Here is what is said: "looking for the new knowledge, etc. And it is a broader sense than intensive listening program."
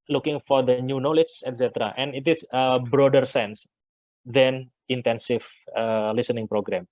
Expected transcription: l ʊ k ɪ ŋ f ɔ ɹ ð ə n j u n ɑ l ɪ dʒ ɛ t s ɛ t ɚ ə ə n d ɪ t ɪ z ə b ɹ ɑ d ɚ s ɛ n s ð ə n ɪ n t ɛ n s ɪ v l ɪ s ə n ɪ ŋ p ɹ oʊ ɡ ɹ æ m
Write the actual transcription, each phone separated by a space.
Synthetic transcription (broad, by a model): l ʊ k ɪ ŋ f ɔ ɹ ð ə n j u n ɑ l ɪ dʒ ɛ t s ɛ t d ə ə n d ɪ t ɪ s ə b ɹ ɑ d ɚ s ɛ n s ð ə n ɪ n t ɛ n s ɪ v l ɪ s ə n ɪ ŋ p ɹ oʊ ɡ ɹ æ m